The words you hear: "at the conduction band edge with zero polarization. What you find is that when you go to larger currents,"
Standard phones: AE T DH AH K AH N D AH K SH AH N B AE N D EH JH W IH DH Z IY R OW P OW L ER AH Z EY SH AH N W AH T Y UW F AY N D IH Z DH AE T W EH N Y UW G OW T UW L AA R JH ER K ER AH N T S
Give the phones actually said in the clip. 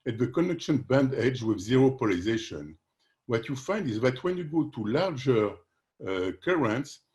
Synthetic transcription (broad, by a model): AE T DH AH K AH N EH K SH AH N B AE N D EH JH W IH DH Z IY R OW P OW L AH Z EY SH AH N W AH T Y UW F AY N D IH Z DH AE T W EH N Y UW G OW T UW L AA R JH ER K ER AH N T S